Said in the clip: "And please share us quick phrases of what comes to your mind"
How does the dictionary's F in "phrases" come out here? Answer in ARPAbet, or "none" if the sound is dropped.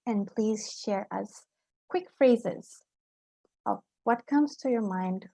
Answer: F